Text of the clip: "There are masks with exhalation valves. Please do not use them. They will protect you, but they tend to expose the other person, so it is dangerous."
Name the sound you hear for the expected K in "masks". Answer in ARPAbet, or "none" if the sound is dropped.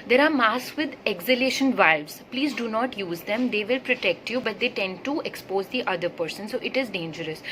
none